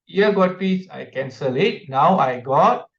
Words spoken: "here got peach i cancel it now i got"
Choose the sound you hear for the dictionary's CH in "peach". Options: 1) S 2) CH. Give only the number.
1